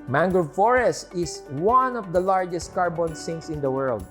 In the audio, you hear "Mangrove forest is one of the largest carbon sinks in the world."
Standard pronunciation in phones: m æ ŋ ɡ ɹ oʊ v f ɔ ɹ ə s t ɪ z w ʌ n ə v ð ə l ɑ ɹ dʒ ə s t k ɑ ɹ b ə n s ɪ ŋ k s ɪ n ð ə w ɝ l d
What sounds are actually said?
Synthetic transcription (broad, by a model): m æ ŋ ɡ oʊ f ɔ ɹ ə s t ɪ s w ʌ n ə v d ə l ɑ ɹ dʒ ə s t k ɑ ɹ b ə n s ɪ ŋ s ɪ n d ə w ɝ l d